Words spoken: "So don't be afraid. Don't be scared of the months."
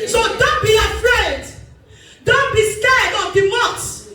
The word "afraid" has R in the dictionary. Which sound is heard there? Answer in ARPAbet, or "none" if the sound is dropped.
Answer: R